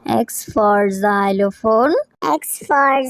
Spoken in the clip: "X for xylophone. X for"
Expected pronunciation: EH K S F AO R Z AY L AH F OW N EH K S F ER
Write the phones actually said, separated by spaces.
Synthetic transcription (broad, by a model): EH K S F AO R Z AY L AH F OW N EH K S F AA